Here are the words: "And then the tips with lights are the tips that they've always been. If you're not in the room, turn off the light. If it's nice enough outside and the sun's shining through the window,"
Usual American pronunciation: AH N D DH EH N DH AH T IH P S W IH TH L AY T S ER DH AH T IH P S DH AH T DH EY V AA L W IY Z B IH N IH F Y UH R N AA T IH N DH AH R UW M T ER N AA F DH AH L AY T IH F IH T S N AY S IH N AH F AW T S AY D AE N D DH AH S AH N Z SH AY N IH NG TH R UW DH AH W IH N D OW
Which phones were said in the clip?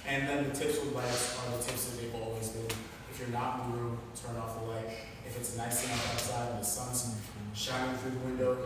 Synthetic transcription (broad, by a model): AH N DH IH N DH AH T IH P S W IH L AY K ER DH AH T IH P S DH AH T DH EY V AA L W IY Z B IH N IH F Y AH R N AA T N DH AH R UW M T ER N AA F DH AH L AY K IH F IH T S N AY S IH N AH AW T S AY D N DH AH S AH N Z SH AY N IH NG TH R UW DH AH W IH N D OW